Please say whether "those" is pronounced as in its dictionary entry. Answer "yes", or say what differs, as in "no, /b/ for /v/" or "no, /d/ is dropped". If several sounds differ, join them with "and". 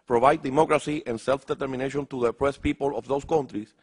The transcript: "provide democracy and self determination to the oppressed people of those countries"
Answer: no, /s/ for /z/